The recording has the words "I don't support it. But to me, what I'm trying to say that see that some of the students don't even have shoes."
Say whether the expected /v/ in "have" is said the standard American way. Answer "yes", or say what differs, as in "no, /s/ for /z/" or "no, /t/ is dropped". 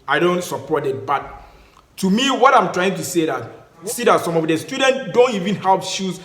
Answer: no, /p/ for /v/